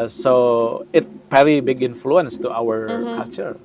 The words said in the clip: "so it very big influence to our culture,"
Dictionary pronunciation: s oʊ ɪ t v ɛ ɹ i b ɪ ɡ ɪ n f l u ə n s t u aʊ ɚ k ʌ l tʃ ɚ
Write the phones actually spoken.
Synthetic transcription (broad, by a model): s oʊ ɪ t p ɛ l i b ɪ ɡ ɪ n f l u ə n s t u aʊ ɚ k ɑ l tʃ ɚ